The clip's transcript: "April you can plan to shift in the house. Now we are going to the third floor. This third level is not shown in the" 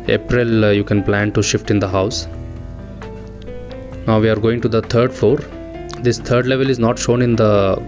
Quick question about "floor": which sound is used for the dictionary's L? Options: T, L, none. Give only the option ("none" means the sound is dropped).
none